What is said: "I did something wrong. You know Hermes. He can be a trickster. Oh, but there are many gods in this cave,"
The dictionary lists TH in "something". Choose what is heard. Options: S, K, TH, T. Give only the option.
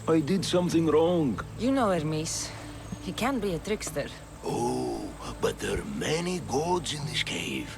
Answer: TH